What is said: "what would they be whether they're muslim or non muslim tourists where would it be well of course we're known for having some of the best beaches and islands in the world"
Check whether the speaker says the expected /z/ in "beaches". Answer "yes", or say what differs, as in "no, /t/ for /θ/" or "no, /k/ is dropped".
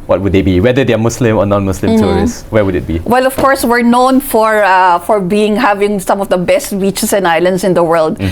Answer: no, /s/ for /z/